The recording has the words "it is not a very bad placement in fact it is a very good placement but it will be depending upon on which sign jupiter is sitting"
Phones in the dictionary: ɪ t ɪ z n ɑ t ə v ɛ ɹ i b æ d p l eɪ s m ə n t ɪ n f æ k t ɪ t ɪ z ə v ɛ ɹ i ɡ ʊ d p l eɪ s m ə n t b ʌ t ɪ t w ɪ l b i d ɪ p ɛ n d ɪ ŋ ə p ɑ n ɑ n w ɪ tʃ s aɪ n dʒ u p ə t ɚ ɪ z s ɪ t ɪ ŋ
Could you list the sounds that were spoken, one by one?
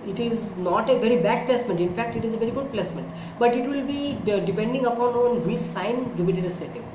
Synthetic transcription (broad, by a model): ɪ t ɪ z n ɑ t ə v ɛ ɹ i b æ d p l eɪ s m ə n t ɪ n f æ k t ɪ t ɪ z ə v ɛ ɹ i ɡ ʊ d p l eɪ s m ə n t b ʌ t ɪ t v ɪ l b i d ɪ p ɛ n d ɪ ŋ ə p ɑ n ɑ n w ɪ s s aɪ n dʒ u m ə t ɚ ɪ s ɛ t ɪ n